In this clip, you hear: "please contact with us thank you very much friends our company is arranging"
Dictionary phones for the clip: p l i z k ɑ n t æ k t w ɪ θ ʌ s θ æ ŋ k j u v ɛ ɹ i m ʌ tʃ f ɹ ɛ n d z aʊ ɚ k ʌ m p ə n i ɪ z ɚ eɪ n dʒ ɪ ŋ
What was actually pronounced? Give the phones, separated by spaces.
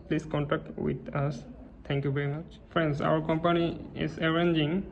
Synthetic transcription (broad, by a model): p l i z k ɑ n t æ k t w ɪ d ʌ s t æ ŋ k j u v ɛ ɹ i m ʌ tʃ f ɹ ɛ n d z aʊ ɚ k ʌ m p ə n i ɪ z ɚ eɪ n dʒ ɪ ŋ